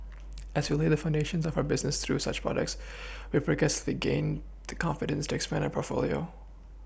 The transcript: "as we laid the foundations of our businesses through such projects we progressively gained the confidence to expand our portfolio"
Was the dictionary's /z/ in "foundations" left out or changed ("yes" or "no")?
no